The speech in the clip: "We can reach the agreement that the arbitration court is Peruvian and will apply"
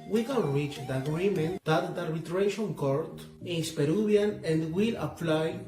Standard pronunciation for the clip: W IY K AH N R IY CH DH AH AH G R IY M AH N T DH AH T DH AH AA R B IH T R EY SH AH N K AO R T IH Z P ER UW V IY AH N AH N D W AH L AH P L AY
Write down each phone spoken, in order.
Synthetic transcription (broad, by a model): W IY K AH N R IY CH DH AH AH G R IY M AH N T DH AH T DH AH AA R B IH T R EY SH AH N K AO R T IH S P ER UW B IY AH N AH N D W AH L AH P L AY